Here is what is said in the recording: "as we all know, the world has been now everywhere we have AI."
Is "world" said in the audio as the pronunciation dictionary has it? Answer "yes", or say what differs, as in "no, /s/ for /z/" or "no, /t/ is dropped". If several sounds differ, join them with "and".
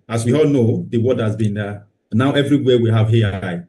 no, /l/ is dropped